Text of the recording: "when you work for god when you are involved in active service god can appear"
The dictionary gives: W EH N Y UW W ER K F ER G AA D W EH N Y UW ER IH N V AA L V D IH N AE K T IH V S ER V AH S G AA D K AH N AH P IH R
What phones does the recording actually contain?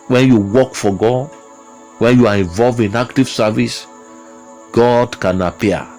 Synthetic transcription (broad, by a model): W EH N Y UW W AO K F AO G AA D W EH N Y UW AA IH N V AA L V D IH N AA K T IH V S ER V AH S G AA D K AH N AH P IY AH